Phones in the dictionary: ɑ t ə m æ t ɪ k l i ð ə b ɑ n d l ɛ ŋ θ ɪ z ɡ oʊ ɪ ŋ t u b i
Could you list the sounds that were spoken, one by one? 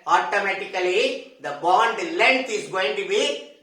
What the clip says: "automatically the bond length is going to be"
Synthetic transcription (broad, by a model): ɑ t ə m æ t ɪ k l i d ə b ɑ n d l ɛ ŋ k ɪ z ɡ oʊ ɪ ŋ t u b i